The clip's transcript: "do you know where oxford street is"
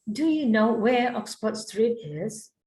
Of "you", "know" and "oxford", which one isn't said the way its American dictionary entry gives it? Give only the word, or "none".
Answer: oxford